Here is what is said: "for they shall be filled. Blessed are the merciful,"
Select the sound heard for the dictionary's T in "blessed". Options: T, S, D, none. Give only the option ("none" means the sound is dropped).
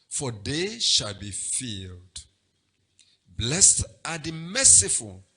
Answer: T